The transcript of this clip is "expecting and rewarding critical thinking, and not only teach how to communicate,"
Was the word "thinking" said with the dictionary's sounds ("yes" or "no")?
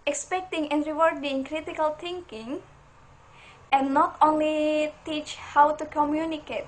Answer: no